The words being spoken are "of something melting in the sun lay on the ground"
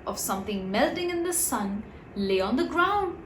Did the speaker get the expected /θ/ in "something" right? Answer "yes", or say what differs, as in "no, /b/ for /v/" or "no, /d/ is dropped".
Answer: yes